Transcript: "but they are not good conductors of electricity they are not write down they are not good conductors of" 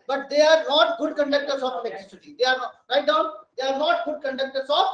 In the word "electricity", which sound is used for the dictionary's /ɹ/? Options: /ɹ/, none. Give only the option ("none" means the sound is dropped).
none